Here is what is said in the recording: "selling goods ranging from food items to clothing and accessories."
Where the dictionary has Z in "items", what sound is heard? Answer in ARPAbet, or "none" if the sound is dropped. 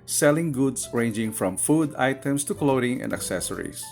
S